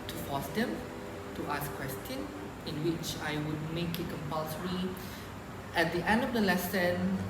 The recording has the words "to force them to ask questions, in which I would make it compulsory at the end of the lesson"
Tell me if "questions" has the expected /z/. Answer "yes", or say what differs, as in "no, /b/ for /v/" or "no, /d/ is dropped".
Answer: no, /z/ is dropped